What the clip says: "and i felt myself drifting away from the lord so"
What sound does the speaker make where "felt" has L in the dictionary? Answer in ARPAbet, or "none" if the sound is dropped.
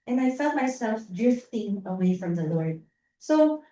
L